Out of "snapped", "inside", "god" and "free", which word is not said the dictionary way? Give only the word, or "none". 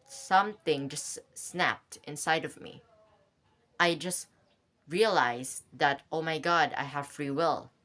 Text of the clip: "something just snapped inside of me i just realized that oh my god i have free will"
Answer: none